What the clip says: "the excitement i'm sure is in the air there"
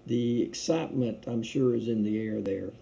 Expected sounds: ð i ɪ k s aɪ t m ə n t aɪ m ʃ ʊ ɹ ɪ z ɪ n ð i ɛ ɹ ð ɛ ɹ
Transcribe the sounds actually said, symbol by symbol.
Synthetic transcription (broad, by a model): ð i ɪ k s aɪ t m ə n t aɪ m ʃ ʊ ɹ ɪ z ɪ n ð i ɛ ɹ ð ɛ ɹ